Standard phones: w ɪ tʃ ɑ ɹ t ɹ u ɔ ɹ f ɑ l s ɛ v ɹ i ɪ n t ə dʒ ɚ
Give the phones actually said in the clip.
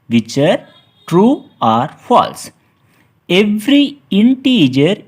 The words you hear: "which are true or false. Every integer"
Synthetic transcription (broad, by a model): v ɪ tʃ ɑ ɹ t ɹ u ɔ ɹ f ɑ l s ɛ v ɹ i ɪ n t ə dʒ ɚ